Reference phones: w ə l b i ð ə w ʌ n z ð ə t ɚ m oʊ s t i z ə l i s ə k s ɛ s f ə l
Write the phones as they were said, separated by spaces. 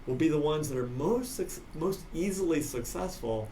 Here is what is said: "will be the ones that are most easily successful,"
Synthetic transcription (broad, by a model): w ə l b i ð ə w ʌ n z ð ə t ɚ m oʊ s t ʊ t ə l i s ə k s ɛ s f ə l